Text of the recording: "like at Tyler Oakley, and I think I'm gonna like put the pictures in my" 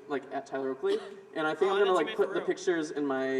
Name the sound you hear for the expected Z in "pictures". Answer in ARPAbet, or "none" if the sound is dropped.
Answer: Z